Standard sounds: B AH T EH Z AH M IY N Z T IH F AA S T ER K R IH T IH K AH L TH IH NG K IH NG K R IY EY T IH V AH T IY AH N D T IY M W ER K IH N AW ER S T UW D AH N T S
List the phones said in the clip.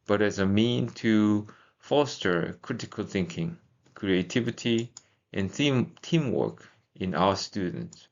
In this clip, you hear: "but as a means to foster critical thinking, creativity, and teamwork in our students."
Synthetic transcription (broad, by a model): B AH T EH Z AH M IY N T IH F AA S T ER K R IH T IH K AH L TH IH NG K IH NG K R IY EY T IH V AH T IY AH N T IY M W ER K IH N AW ER S T UW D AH N T S